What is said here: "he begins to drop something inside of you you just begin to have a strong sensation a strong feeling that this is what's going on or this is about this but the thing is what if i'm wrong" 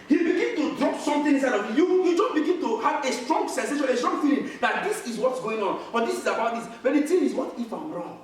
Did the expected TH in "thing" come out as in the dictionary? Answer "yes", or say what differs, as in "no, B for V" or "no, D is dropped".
no, T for TH